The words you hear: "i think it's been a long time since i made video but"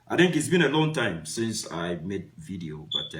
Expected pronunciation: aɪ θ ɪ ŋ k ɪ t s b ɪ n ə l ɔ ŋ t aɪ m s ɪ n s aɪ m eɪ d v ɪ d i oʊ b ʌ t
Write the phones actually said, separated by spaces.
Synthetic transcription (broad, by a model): aɪ θ ɪ ŋ k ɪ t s b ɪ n ə l ɔ ŋ t aɪ m s ɪ n s aɪ m eɪ d v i d i oʊ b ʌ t